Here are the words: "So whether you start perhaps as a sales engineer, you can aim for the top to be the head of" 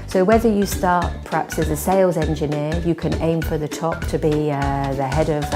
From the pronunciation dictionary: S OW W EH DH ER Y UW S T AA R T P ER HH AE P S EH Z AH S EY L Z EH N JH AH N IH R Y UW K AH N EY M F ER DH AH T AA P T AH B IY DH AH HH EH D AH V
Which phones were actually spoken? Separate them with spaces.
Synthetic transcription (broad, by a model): S OW W EH DH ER Y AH S T AA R T P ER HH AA P S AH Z AH S EY L Z EH N JH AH N IH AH Y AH K AH N EY M F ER DH AH T AA P T AH B IY DH AH HH EH D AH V